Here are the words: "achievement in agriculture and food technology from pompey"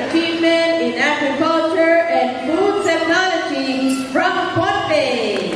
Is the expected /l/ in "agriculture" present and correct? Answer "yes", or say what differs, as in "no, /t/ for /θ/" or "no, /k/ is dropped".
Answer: yes